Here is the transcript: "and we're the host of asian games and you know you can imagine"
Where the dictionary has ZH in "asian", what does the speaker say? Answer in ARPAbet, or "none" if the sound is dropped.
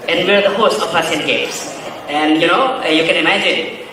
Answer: S